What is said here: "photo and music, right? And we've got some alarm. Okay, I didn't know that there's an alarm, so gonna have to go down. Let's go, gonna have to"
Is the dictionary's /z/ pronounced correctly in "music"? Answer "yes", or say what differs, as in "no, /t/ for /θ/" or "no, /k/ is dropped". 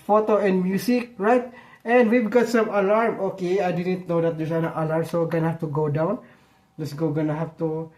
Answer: no, /s/ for /z/